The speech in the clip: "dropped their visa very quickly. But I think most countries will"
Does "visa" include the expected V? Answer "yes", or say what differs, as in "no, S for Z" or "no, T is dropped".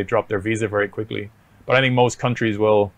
yes